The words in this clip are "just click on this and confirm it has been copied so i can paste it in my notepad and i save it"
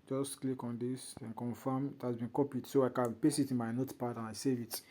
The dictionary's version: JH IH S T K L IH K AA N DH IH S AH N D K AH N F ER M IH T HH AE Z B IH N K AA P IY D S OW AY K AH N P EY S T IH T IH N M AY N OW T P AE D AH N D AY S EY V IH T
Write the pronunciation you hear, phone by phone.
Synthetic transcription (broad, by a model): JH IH S T K L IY K AA N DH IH S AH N K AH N F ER M IH T HH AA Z B IH N K AA P IY D S OW AY K AH N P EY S IH T IH N M AY N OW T P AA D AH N AY S EY V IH T